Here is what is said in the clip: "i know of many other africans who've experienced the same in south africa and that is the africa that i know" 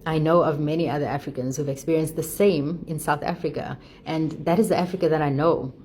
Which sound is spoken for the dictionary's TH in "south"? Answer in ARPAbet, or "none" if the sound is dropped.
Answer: TH